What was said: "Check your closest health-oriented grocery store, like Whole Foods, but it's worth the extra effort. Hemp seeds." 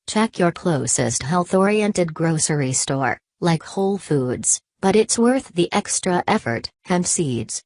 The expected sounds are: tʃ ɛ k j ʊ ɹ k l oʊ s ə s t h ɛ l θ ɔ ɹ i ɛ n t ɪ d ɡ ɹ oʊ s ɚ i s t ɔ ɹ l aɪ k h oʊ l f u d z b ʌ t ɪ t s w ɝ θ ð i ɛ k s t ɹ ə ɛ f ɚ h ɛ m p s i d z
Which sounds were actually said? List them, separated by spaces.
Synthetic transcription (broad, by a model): tʃ ɛ k j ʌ ɹ k l oʊ s ə s t h ɛ l θ ɔ ɹ i ɛ n t ɪ d ɡ ɹ oʊ s ɚ i s t ɔ ɹ l aɪ k h oʊ l f u d z b ʌ t ɪ t s w ɝ θ ð i ɛ k s t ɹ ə ɛ f ɚ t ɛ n s i d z